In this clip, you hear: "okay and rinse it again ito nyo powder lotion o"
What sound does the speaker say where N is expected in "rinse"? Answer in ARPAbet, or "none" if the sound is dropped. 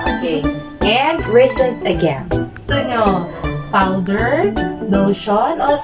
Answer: none